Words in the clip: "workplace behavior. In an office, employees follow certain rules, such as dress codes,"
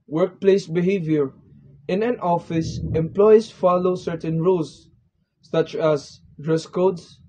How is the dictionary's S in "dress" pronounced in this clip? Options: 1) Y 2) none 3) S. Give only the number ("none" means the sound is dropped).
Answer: 3